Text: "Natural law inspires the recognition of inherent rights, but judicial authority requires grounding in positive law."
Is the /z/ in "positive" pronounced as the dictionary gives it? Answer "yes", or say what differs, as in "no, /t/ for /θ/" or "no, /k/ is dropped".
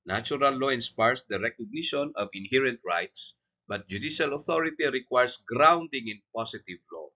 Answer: no, /s/ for /z/